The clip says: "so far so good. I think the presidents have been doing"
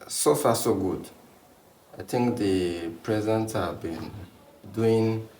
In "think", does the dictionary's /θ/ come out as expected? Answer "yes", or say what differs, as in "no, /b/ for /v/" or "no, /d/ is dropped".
no, /t/ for /θ/